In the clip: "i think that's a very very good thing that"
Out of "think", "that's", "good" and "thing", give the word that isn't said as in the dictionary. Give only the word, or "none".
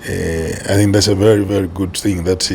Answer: none